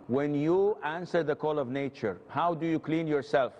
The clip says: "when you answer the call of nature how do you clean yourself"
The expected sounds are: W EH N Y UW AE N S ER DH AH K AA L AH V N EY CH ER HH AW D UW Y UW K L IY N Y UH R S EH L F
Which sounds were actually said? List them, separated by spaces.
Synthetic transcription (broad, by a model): W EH N Y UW AE N S ER DH AH K AA L AH V N EY CH ER HH AW D UW Y UW K L IY N Y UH R S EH L F